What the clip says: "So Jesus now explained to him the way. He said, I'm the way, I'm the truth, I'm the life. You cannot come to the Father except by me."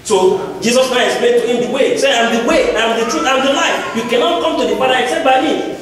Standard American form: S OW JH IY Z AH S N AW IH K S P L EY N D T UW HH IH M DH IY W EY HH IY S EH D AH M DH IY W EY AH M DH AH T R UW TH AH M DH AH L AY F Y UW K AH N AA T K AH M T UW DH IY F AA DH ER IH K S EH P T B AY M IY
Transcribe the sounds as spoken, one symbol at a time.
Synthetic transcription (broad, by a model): S OW JH IY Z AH S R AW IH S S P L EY D T UW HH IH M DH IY W EY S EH AH M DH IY W EY AH M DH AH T R UW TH AH M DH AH L AY F Y UW K AH N AA T K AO M T UW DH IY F AA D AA IH K S EH P T B AY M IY